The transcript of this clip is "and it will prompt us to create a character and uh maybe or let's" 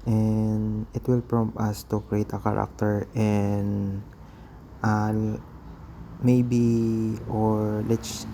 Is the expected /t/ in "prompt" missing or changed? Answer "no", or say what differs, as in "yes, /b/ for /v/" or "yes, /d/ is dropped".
yes, /t/ is dropped